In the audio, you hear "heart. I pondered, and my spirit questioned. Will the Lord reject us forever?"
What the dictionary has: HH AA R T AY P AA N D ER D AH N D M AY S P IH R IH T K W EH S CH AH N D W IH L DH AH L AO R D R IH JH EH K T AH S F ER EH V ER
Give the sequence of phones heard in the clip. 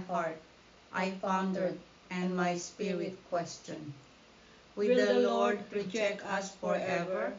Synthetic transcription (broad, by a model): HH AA R T AY F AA N D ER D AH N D M AY S P IH R IH T K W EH S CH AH N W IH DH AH L AO R D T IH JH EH K AH S F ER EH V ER